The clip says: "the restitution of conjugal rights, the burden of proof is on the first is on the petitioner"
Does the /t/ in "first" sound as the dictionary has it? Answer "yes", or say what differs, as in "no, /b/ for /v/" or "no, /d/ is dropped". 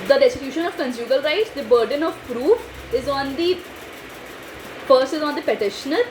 no, /t/ is dropped